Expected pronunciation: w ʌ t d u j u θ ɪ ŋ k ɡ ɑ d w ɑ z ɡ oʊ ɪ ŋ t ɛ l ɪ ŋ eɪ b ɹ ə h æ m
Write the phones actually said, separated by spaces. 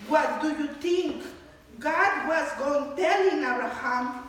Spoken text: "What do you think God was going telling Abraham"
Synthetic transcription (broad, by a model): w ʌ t d u j u t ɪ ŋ k ɡ ɑ d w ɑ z ɡ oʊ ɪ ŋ t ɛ l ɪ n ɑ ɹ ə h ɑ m